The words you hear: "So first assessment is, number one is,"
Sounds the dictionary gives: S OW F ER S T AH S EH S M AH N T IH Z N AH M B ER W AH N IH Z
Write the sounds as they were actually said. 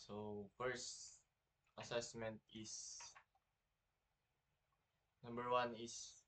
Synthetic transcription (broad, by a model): S OW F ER S T AH S EH S M AH N T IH S N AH M B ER W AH N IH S